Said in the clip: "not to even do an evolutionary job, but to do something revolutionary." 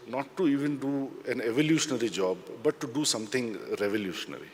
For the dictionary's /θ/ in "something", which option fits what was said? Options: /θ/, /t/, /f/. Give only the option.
/t/